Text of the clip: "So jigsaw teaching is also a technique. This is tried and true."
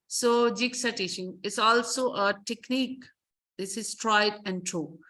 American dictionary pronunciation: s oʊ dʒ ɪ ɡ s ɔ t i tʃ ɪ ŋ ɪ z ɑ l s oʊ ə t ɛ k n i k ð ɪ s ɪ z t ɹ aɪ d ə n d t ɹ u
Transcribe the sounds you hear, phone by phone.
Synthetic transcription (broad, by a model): s oʊ dʒ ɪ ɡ s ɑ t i ʃ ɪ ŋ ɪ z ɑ l s oʊ ə t ɛ k n i k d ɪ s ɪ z t ɹ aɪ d ə n d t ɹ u